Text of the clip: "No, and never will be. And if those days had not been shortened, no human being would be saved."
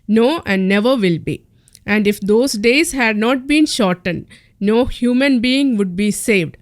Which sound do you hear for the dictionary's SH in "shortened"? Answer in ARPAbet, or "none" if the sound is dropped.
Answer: SH